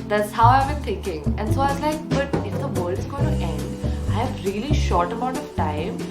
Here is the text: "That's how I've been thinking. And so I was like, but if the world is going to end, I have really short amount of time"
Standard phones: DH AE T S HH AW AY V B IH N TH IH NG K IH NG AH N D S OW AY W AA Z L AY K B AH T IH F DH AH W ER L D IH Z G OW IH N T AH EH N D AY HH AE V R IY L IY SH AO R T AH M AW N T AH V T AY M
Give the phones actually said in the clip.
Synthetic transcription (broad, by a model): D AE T S HH AW AY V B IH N T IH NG K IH NG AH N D S OW AY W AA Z L AY K B AH T IH F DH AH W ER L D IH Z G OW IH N T EH N D AY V R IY L IY SH AO R T AH M AW N T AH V T AY M